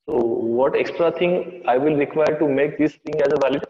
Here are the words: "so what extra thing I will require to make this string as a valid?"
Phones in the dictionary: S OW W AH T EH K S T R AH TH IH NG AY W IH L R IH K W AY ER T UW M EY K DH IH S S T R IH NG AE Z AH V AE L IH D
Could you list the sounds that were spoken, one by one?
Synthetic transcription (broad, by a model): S OW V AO T EH K S T R AH T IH NG AY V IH L R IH K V AY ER T UW M EY K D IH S S T IH NG AE Z AH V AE L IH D